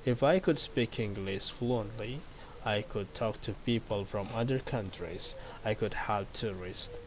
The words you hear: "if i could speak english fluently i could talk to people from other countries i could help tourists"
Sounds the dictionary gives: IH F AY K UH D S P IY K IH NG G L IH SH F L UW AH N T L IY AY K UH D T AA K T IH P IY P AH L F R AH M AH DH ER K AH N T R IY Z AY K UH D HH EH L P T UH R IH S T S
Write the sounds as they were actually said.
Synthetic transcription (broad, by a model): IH F AY K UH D S P IY K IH NG G L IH S F L UW AH N T L IY AY K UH D T AA K T IH P IY P AH L F R AH M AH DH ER K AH N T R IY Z AY K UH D HH EH L P T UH R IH S T